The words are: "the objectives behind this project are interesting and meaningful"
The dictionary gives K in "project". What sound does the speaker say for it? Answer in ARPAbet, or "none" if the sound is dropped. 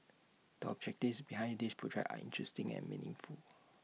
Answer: none